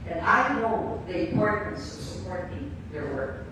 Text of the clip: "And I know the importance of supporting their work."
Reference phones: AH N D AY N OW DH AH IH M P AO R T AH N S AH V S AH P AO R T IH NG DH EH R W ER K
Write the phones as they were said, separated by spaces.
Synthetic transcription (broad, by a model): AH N AY N OW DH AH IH P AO R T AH N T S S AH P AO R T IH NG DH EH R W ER